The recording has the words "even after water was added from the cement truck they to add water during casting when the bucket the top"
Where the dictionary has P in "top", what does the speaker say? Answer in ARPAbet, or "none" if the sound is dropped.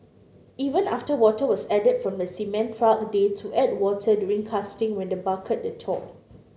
none